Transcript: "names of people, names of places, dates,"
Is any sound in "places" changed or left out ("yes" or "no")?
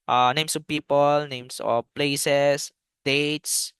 yes